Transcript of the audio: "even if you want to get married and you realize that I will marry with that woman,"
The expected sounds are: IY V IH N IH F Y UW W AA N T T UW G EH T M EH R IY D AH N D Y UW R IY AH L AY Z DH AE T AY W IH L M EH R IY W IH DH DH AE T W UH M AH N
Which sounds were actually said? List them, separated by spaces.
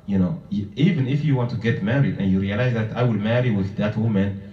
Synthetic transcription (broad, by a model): IY V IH N IH F Y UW W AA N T T UW G EH T M EH R IY D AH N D Y UW R IY AH L AY Z DH AE T AY W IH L M EH R IY W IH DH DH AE T W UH M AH N